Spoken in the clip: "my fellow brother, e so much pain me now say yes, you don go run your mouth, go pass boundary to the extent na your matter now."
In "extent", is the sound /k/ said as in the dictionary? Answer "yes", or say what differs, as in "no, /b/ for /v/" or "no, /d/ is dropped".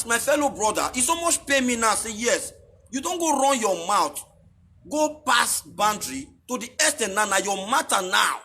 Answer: no, /k/ is dropped